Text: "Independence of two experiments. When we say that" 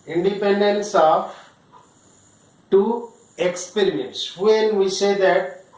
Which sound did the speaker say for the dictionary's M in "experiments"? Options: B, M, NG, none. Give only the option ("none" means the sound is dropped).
none